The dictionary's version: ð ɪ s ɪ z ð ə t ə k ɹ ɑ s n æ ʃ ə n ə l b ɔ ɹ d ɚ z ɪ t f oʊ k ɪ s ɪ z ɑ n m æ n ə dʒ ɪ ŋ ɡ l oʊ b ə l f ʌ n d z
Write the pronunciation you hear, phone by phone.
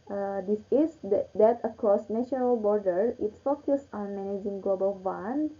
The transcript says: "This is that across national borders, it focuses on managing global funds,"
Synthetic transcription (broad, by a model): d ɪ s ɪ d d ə t ə k ɹ ɑ s n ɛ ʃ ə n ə l b ɔ ɹ d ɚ ɪ t f oʊ k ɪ s ɑ n m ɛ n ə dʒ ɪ ŋ ɡ l oʊ b ə l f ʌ n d